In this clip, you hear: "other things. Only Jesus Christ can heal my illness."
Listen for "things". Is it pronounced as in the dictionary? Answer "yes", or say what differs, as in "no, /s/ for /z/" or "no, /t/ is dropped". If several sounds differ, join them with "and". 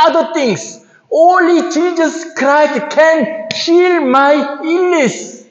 no, /t/ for /θ/ and /s/ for /z/